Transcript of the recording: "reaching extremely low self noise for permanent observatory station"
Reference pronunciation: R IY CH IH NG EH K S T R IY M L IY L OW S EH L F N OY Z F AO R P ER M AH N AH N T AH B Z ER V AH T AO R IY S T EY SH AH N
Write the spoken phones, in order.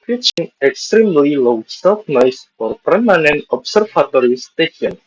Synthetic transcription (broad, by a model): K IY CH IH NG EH K S T R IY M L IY L OW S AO F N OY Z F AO R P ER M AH N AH N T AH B S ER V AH T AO R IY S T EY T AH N